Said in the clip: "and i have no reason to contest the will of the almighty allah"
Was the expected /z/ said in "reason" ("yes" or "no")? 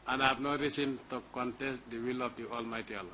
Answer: no